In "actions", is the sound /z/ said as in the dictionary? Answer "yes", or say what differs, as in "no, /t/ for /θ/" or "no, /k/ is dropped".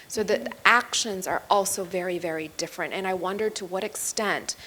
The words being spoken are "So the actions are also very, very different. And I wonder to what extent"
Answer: yes